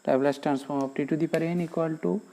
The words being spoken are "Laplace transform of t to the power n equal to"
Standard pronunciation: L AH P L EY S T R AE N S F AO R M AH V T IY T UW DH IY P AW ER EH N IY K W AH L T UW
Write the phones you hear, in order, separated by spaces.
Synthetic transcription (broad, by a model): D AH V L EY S T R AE N S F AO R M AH P T IY T UW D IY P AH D EH N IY K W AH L T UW